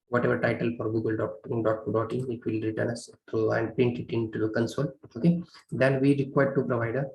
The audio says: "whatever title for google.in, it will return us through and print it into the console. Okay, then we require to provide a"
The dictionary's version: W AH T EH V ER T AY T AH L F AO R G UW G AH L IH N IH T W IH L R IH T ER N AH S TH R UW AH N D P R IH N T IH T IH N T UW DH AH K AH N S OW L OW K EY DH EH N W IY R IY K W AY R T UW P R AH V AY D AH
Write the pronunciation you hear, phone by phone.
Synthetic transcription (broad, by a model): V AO T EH V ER T AY T AH L F AO R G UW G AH L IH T IH T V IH L R IH T ER N AH S T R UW AH N D P R IH N T IH T IH N T UW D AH K AH N S OW L OW K EY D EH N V IY R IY K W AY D T UW P R AH V AY D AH